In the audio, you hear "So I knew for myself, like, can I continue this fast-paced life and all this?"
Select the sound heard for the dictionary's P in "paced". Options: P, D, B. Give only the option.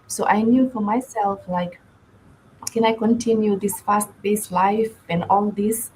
B